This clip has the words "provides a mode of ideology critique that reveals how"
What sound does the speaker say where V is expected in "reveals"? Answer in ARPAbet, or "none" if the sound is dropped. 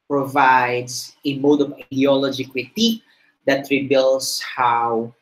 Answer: B